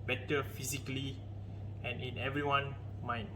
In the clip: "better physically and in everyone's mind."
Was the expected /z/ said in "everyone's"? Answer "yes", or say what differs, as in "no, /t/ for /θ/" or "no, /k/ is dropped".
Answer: no, /z/ is dropped